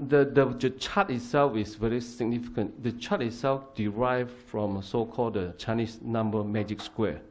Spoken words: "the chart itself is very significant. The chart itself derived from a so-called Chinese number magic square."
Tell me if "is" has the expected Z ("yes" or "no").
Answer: no